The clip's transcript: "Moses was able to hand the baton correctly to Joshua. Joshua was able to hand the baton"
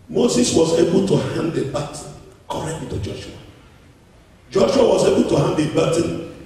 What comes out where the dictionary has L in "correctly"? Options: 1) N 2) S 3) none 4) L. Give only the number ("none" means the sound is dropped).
3